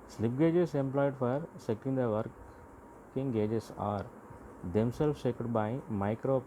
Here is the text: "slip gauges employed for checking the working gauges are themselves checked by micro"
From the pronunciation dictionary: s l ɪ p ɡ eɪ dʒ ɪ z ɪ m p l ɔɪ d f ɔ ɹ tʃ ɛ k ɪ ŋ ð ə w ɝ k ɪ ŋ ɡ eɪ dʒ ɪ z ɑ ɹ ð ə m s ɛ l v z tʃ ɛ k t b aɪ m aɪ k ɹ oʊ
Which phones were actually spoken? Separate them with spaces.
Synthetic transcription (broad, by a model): s l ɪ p ɡ eɪ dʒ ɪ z ɪ m p l ɔɪ d f ɔ ɹ s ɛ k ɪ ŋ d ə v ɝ k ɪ ŋ ɡ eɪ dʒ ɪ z ɑ ɹ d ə m s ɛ l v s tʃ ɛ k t b aɪ m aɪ k ɹ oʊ